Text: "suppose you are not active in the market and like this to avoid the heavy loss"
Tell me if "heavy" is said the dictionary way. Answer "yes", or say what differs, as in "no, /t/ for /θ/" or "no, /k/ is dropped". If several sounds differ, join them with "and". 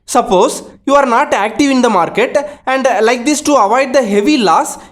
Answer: yes